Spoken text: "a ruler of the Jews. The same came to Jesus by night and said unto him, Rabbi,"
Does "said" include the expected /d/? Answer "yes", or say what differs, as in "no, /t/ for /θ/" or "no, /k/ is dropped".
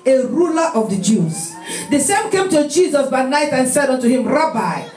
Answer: yes